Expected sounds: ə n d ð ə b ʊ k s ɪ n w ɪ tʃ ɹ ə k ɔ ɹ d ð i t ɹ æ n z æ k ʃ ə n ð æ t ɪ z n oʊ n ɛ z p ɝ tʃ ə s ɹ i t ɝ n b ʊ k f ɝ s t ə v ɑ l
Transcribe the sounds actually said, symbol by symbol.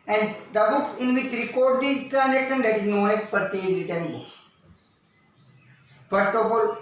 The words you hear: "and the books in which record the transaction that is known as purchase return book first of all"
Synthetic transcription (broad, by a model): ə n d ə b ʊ k s ɪ n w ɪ tʃ ɹ ə k ɔ ɹ d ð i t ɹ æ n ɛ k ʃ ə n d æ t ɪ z n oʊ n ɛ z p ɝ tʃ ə ɹ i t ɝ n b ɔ f ɝ s t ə f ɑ l